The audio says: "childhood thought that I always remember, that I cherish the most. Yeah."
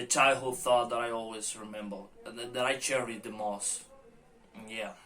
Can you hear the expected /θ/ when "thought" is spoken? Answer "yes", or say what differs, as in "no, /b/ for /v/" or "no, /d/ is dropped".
yes